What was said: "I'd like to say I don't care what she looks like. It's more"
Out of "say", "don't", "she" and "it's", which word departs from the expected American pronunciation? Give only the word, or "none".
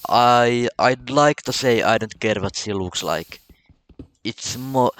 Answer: she